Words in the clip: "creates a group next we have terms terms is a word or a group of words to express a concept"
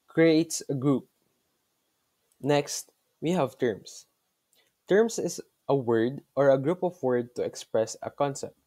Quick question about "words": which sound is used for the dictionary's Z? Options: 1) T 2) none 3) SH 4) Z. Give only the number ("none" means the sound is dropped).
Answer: 2